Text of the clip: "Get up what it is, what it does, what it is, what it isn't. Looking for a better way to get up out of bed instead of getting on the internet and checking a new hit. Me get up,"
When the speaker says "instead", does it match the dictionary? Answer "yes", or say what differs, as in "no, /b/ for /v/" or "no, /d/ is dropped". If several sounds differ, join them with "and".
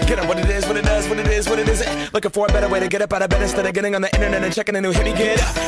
no, /n/ is dropped